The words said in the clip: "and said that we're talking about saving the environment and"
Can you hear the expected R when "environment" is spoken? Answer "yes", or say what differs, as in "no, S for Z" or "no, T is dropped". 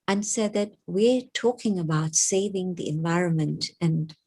yes